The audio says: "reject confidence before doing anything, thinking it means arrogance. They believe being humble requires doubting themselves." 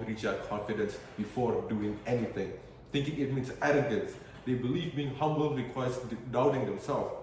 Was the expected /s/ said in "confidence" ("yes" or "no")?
yes